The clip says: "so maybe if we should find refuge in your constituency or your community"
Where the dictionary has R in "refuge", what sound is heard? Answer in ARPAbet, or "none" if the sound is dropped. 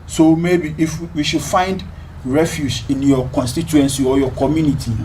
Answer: R